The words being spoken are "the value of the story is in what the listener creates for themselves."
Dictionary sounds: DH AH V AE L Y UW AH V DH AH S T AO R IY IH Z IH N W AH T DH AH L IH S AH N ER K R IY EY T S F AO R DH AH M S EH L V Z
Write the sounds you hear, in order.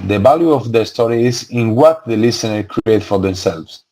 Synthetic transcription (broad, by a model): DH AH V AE L Y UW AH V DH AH S T AO R IY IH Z IH N W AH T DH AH L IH S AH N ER K R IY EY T F AO R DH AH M S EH L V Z